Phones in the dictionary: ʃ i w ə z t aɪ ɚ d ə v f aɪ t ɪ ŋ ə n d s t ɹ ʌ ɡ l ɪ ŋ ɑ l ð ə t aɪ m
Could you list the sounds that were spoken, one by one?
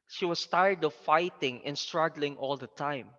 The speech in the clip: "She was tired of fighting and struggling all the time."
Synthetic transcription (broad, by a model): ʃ i w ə s t aɪ ɚ d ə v f aɪ t ɪ ŋ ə n s t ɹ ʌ ɡ l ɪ ŋ ɑ l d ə t aɪ m